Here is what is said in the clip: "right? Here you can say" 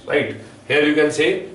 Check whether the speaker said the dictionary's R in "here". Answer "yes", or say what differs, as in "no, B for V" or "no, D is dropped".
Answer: yes